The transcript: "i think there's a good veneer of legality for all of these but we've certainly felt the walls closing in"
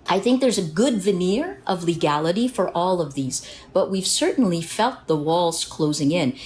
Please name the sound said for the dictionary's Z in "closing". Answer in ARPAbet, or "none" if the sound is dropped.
Z